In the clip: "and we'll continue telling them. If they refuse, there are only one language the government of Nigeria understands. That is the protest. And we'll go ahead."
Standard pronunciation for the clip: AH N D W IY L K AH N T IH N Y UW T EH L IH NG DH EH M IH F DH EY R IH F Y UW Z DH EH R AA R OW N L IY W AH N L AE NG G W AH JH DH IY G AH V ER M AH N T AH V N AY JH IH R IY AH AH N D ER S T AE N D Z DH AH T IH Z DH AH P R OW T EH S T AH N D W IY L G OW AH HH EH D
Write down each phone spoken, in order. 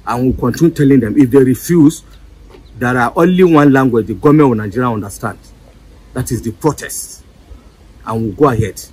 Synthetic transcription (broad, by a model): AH N W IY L K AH N T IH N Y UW T EH L IH NG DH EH M IH F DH EY R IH F Y UW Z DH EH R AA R OW N L IY W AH N L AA NG G W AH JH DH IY G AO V M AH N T N AY JH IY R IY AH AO N D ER S T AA N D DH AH T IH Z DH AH P R OW T EH S T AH N W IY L G OW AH HH EH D